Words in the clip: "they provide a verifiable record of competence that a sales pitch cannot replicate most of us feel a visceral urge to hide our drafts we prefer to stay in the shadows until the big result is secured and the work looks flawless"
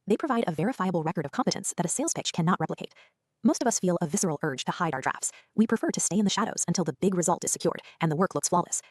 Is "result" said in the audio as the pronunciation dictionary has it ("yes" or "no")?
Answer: yes